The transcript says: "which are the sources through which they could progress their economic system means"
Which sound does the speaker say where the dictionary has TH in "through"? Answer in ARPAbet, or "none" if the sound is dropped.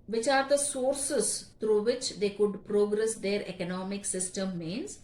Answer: T